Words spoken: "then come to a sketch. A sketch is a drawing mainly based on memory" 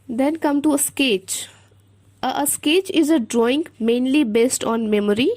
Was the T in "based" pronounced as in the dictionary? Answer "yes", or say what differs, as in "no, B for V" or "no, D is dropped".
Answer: yes